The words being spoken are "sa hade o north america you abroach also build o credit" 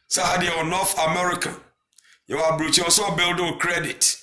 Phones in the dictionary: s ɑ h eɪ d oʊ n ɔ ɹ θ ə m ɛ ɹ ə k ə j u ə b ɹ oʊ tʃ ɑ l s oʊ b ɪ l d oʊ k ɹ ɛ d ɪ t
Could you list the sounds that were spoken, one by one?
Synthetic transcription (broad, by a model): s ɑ h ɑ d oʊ n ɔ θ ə m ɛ ɹ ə k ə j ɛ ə b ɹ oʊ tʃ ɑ s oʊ b ɪ l d oʊ k ɹ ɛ d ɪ t